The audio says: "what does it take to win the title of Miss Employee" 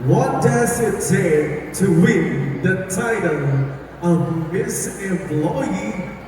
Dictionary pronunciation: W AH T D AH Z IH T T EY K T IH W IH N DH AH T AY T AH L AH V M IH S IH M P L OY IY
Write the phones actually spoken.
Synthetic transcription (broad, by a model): W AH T D AH Z IH T S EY T IH W IH N DH AH T AY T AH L AH V M IH S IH M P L OY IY